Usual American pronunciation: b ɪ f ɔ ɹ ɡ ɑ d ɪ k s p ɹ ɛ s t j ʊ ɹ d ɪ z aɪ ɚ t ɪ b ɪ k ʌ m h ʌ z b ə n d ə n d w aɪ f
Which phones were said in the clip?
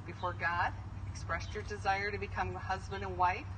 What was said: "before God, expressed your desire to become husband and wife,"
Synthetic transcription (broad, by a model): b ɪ f ɔ ɹ ɡ ɑ d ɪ k s p ɹ ɛ s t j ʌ ɹ d ɪ z aɪ ɚ t ɪ b ɪ k ʌ m h ʌ z b ə n d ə n w aɪ f